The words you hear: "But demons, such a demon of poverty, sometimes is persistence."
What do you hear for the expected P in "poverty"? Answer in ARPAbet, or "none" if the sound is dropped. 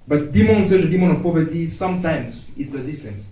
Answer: P